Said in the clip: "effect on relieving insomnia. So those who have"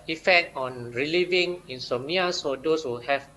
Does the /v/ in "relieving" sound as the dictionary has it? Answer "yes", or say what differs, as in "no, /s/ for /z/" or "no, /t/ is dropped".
yes